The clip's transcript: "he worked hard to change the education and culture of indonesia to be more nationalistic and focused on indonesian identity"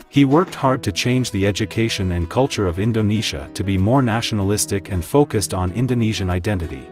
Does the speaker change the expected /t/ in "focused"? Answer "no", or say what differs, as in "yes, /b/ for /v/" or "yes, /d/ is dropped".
no